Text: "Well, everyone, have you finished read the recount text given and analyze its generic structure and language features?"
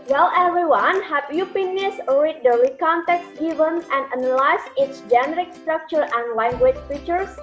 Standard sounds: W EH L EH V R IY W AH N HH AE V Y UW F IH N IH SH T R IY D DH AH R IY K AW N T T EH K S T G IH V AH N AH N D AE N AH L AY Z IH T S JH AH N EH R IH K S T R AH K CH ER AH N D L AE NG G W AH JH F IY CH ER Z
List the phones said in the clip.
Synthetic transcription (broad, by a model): W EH L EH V R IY W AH N HH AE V Y UW P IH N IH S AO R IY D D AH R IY K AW N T T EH K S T G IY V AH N AH N D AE N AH L AY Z IH T S JH AH N EH R IH K S T R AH K CH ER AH N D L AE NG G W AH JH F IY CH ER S